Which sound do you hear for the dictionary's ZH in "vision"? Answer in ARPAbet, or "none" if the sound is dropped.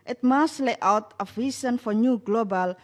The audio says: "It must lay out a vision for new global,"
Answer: S